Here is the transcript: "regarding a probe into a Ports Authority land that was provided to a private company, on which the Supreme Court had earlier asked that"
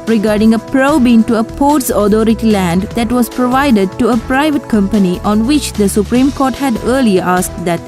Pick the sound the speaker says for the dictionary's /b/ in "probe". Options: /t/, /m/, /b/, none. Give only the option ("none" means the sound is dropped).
/b/